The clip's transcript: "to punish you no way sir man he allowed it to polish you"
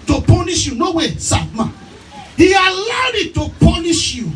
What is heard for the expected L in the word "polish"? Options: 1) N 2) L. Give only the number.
1